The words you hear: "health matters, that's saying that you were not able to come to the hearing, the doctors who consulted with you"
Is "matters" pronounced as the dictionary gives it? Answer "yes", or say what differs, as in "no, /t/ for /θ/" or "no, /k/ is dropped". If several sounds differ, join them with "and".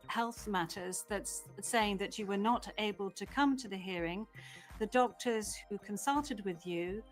yes